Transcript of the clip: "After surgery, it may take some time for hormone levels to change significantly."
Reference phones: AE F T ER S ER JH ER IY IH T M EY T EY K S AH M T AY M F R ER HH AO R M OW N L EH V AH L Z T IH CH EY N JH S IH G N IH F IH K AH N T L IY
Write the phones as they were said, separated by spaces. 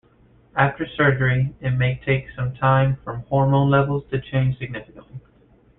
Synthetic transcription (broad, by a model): AE F T ER S ER JH ER IY IH T M EY T EY K S AH M T AY M F R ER HH AO R M OW N L EH V L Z T IH CH EY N ZH S IH G N IH F IH K AH N T L IY